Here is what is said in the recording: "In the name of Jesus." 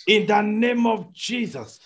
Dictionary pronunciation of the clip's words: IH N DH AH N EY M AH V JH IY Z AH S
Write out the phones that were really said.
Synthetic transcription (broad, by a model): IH N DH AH N EY M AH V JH IY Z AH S